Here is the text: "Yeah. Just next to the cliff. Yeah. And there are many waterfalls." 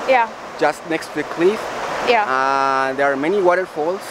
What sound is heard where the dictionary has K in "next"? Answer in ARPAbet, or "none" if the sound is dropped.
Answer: K